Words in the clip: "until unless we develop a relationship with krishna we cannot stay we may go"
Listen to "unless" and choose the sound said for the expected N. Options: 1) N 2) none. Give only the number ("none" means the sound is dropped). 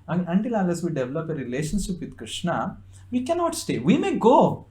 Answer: 2